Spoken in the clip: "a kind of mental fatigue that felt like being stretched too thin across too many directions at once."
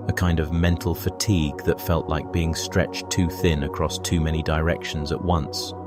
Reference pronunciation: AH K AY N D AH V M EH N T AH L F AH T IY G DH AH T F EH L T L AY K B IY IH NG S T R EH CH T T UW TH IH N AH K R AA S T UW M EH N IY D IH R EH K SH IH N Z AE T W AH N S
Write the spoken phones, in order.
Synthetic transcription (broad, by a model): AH K AY N D AH V M EH N T L F AH T IY G DH AH T F EH L T L AY K B IY IH NG S T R EH CH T T UW TH IH N AH K R AA S T UW M EH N IY D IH R EH K SH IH N Z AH T W AH N S